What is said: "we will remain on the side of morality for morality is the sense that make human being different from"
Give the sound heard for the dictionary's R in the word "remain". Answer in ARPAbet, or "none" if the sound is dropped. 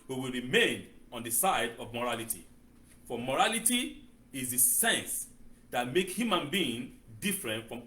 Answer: R